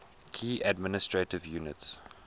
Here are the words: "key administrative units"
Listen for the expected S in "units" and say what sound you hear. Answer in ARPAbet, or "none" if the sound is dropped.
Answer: S